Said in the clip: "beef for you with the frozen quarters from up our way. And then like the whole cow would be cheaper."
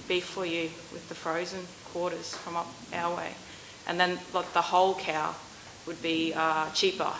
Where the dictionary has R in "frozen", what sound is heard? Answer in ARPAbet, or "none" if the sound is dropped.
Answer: R